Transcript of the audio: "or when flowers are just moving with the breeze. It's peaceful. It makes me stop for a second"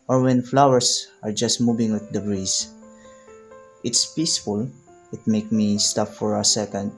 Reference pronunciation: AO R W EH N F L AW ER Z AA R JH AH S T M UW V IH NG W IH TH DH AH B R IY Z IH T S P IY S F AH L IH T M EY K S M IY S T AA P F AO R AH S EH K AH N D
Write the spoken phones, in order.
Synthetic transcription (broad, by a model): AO R W EH N F L AW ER S AA R JH AH S T M UW V IH NG W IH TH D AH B R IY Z IH T S P IY S F AH L IH T M EY K M IY S T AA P F AO R AH S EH K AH N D